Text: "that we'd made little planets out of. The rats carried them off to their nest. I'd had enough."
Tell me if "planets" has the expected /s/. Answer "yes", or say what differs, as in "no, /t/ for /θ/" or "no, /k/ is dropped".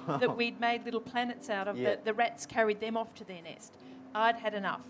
yes